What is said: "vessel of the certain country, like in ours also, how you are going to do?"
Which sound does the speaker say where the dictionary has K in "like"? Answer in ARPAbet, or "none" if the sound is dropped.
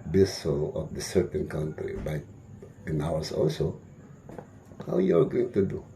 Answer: none